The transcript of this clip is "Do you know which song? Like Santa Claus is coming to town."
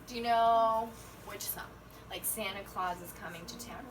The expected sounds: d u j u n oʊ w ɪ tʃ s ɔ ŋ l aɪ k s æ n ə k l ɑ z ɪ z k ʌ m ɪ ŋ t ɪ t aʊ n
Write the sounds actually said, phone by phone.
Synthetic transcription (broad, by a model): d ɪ j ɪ n oʊ w ɪ tʃ θ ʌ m l aɪ k s æ n ə k l ɑ z ɪ z k ʌ m ɪ ŋ t ɪ t aʊ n